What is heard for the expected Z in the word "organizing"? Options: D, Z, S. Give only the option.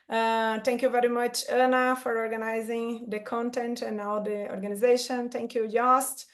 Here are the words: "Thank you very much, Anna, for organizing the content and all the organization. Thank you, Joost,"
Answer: Z